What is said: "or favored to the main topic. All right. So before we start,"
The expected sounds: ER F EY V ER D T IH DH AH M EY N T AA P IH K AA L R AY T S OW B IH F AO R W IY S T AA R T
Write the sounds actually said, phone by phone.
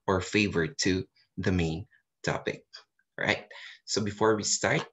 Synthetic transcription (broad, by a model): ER F EY V ER D T IH DH AH M EY N T AA P IH K R AY T S OW B IH F AO R W IY S T AA R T